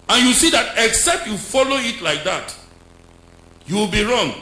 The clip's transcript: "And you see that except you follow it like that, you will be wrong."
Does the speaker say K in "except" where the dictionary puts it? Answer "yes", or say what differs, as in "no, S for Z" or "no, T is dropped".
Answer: yes